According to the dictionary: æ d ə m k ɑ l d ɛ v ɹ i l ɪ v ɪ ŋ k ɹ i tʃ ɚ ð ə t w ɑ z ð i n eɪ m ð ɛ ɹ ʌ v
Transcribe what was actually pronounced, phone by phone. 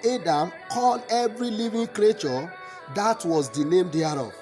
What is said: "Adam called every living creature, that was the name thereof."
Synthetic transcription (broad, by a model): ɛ d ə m k ɑ l d ɛ v ɹ i l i v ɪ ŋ k ɹ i tʃ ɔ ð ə t w ɑ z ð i n eɪ m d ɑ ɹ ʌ